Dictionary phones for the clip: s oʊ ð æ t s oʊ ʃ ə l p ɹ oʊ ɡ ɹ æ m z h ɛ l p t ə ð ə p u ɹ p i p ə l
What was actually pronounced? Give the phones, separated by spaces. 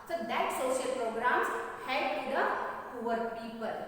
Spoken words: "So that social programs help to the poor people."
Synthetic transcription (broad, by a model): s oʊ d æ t s oʊ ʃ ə l p ɹ oʊ ɡ ɹ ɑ m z h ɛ p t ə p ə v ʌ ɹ p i p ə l